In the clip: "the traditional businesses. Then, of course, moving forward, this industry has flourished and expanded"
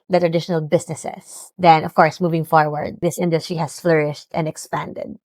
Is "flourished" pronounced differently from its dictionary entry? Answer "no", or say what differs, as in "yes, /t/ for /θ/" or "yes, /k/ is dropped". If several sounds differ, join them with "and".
no